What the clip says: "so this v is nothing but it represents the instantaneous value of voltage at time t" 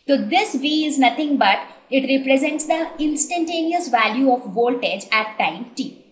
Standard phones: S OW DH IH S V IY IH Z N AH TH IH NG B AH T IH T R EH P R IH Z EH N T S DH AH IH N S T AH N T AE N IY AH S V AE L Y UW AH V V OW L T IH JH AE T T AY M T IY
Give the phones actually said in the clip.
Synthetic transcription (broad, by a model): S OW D IH S V IY IH Z N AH T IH NG B AH T IH T R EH P R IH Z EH N T S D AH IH N S T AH N T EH N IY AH S V AE L Y UW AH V V OW L T IH JH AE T T AY M T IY